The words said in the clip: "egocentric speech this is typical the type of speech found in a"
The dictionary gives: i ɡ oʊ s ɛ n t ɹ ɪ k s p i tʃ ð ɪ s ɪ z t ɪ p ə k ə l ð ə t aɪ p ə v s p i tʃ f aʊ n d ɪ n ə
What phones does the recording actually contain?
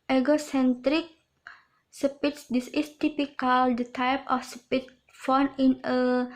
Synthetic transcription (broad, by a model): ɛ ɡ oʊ s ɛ n t ɹ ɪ k s p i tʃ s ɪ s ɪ s t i p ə k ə l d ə t aɪ p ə f s p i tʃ f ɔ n ɪ n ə